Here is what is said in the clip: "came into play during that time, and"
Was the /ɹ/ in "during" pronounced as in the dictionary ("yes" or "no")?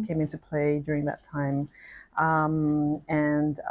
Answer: yes